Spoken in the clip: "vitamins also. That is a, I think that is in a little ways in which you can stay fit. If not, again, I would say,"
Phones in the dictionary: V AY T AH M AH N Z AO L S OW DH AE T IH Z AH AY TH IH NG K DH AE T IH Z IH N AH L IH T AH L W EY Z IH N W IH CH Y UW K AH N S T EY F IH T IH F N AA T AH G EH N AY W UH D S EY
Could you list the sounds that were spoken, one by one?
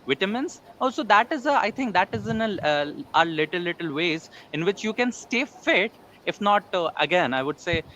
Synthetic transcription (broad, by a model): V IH T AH M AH N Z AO S OW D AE T IH Z AH AY T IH NG K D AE T IH Z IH N AH L IH T AH L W EY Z IH N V IH CH Y UW K AH N S T EY F IH T IH F N AA T AH G EH N AY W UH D S EY